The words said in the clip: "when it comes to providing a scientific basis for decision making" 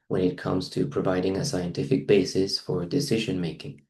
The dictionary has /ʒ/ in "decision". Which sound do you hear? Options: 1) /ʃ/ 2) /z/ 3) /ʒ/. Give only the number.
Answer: 3